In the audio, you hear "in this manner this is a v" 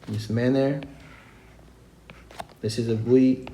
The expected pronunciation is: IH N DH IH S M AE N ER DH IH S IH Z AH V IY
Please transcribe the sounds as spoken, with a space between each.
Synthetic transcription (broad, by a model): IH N DH IH S M AE N ER DH IH S IH Z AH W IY